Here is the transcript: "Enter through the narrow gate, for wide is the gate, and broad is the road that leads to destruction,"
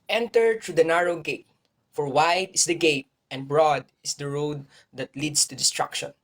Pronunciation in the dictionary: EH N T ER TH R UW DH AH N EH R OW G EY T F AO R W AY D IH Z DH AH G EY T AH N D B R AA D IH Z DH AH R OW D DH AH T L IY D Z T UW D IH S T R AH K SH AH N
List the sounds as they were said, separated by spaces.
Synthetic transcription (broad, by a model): EH N T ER T R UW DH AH N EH R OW G EY T F AO R W AY D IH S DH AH G EY T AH N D B R AA D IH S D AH R OW D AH T L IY D S T UW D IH S T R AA K SH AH N